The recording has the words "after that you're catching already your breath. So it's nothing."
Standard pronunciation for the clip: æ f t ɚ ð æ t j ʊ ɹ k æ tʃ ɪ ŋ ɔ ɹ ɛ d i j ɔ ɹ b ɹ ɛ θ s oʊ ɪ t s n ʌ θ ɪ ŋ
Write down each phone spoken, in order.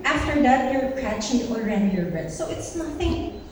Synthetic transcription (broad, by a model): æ f t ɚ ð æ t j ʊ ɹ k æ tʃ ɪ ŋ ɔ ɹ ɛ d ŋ j ɔ ɹ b ɛ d s oʊ ɪ t s n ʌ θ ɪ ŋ